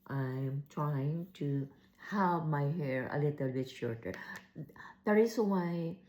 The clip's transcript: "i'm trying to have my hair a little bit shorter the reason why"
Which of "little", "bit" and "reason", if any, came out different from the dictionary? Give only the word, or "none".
reason